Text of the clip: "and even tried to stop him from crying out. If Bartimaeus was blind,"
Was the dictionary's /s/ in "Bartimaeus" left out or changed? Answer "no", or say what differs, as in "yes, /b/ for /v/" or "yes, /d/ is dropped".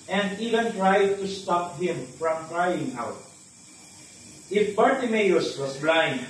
no